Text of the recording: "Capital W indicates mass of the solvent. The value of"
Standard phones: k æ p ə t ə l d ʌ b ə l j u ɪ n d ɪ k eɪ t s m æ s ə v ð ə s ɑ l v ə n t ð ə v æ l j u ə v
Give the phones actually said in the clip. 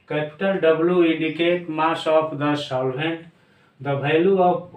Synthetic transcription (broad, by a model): k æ p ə t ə l d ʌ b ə l j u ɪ n d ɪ k eɪ t m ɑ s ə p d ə s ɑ l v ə n t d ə b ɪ l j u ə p